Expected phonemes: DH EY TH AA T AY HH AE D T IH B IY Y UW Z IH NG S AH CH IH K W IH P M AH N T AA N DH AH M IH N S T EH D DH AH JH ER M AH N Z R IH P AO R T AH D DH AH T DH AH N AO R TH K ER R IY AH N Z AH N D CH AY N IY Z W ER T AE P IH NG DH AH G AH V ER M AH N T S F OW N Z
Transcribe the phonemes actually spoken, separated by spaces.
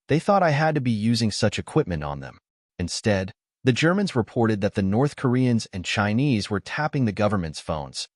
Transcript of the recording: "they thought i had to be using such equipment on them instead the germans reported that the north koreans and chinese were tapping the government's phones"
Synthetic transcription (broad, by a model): DH EY TH AA T AY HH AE D T IH B IY Y UW Z IH NG S AH CH IH K W IH P M AH N T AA N DH AH M IH N S T EH D DH AH JH ER M AH N Z R IH P AO R T AH D DH AH T DH AH N AO R TH K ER R IY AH N Z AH N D CH AY N IY Z W ER T AE P IH NG DH AH G AH V ER M AH N T S F OW N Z